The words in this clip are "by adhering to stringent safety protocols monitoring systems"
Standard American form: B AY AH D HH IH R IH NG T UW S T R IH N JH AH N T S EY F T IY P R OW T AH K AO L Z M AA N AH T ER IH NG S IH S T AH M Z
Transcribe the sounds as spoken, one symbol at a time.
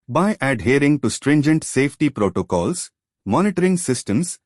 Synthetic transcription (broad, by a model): B AY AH D HH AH R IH NG T UW S T R IH N JH AH N T S EY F T IY P R OW T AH K AO L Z M AA N AH T ER IH NG S IH S T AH M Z